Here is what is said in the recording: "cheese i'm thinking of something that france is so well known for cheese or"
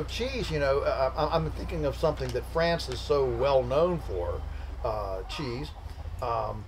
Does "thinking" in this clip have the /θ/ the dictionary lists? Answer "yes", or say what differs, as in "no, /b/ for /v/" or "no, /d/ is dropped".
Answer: yes